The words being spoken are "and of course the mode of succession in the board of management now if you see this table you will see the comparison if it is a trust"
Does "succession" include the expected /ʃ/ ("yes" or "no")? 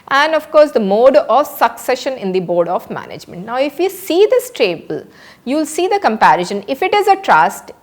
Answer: yes